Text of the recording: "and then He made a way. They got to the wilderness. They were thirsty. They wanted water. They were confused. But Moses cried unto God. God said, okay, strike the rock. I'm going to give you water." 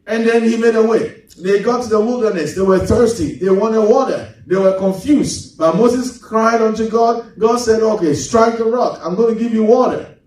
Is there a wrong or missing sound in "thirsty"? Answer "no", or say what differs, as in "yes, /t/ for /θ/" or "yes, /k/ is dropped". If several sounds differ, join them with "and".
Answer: no